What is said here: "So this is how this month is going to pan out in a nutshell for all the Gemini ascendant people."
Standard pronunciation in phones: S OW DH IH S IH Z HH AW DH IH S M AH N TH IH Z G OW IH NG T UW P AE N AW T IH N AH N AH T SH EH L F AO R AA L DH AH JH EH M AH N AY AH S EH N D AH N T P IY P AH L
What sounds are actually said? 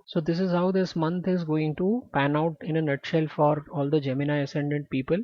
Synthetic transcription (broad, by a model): S OW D IH S IH Z HH AW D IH S M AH N T IH Z G OW IH NG T UW P AE N AW T IH N AH N AH T SH EH L F AO R AA L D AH JH EH M AH N AY AH S EH N D AH N T P IY P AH L